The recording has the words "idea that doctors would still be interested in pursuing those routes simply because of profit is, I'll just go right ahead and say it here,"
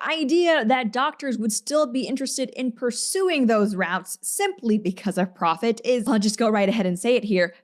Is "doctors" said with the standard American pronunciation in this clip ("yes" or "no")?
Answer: yes